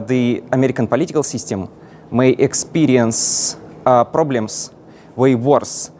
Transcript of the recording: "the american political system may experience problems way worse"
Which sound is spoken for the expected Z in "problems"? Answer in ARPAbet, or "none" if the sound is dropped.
S